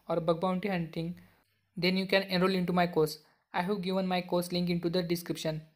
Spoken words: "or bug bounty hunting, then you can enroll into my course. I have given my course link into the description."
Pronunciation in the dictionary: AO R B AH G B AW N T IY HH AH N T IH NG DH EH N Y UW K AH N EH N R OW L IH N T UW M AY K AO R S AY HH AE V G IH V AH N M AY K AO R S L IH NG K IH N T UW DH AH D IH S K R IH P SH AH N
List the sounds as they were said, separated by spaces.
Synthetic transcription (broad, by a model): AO R B AH G B AW N T IY HH AH N T IH NG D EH N Y UW K AH N EH N R OW L IH N T UW M AY K AO R S AY HH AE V G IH V AH N M AY K AO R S L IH NG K IH N T UW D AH D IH S K R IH P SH AH N